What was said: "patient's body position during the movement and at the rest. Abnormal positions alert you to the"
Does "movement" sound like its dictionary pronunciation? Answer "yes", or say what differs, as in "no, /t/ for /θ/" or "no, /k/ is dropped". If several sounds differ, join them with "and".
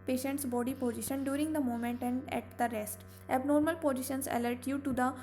no, /v/ is dropped